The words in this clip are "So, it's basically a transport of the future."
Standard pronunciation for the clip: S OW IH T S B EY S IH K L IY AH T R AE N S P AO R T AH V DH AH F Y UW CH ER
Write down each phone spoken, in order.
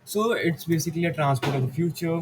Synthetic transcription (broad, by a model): S OW IH T S B EY S IH K L IY AH T R AE N S P AO R T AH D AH F Y UW CH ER